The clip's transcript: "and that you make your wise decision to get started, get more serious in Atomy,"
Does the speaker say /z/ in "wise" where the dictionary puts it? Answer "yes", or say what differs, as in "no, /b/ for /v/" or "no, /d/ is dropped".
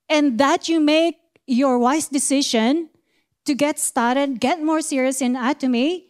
no, /s/ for /z/